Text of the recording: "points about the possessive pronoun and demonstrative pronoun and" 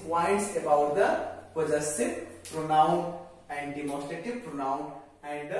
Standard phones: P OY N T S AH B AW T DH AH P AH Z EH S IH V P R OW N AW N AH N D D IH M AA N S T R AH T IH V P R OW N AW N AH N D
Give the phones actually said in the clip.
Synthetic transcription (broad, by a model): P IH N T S AH B AW T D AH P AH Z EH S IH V P R OW N AW N AH N D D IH M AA S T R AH T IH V P R OW N AW N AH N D